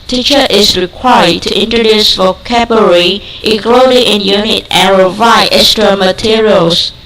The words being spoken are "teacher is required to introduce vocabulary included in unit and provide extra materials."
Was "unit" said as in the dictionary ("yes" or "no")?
yes